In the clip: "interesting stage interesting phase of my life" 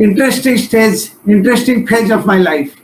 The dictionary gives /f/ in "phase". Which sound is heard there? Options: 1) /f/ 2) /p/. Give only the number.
2